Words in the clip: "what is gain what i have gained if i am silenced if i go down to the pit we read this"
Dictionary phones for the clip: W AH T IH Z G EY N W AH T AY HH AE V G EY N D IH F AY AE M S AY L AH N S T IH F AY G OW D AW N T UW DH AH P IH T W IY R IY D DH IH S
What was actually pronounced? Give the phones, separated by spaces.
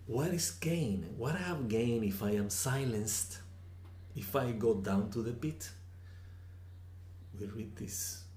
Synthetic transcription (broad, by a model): W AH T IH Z G EY N W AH T AY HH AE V G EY N IH F AY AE M S AY L AH N S T IH F AY G OW D AW N T UW DH AH P IH T W IY R IY D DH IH S